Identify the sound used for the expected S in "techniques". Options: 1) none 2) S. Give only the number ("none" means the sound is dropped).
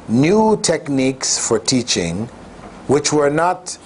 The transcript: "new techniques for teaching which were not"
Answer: 2